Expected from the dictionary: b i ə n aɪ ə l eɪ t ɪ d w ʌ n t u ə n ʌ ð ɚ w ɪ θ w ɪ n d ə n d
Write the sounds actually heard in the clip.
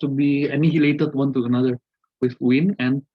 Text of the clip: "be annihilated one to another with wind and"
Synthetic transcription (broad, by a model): b i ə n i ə l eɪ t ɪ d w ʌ n t u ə n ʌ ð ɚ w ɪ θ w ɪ n ə n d